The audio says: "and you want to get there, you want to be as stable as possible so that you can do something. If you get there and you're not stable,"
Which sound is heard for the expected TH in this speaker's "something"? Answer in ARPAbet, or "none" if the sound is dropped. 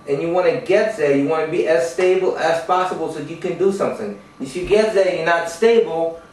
TH